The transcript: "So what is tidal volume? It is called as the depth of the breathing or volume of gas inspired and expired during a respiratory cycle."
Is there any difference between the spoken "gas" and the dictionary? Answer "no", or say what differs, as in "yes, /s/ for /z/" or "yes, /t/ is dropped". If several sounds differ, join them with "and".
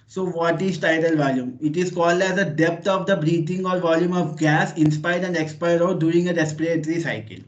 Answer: no